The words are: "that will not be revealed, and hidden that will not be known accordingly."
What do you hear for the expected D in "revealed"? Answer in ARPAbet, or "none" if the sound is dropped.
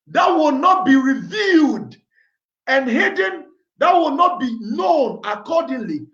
D